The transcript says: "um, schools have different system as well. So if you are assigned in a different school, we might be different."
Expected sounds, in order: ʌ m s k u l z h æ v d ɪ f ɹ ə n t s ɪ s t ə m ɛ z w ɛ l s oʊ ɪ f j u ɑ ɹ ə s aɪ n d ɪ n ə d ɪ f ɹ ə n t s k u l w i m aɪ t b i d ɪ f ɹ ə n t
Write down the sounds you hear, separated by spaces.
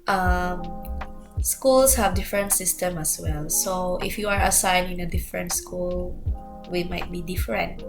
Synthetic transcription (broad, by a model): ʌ m s k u l s h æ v d ɪ f ɹ ə n t s ɪ s t ə m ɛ s w ɛ l s oʊ ɪ f j u ɑ ɹ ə s aɪ n ɪ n ə d ɪ f ɹ ə n t s k u l w i m aɪ t b i d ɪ f ɹ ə n t